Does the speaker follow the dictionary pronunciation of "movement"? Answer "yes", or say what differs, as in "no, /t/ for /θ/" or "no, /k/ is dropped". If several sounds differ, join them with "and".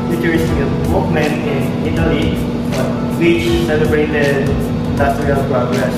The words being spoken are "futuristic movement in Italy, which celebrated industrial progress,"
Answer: no, /t/ is dropped